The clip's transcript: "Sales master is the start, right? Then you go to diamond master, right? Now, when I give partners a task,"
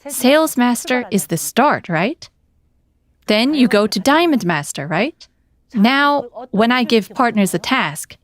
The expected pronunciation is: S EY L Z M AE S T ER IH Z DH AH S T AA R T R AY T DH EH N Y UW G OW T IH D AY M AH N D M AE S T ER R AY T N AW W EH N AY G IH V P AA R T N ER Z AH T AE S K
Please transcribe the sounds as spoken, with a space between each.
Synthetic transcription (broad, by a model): S EY L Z M AE S T ER IH Z DH AH S T AA R T R AY T DH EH N Y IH G OW T IH D AY M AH N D M AE S T ER R AY T N AW W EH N AY G IH V P AA R T N ER Z AH T AE S K